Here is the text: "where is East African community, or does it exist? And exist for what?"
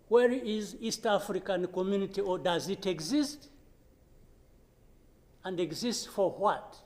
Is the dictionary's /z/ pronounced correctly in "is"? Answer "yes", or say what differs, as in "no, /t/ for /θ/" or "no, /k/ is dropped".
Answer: yes